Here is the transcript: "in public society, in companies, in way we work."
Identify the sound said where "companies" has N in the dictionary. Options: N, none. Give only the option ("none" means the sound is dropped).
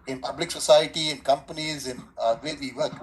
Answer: N